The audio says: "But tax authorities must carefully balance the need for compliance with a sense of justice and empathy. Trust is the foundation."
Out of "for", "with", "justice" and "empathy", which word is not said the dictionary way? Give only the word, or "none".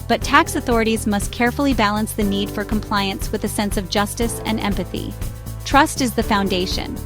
none